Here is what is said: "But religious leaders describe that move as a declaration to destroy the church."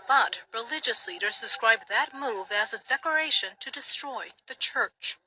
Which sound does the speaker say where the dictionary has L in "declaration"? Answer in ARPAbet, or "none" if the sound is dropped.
none